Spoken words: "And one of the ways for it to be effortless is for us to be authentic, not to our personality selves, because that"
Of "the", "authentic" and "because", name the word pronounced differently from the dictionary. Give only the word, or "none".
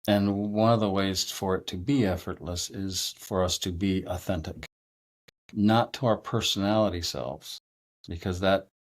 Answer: none